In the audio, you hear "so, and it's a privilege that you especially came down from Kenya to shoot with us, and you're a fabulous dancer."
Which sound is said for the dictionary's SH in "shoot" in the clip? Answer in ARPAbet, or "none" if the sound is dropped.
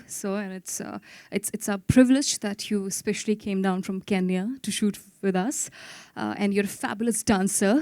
SH